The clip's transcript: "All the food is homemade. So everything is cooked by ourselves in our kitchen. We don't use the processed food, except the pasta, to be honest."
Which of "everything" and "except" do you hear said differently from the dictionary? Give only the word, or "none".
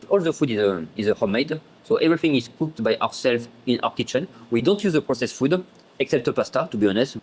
none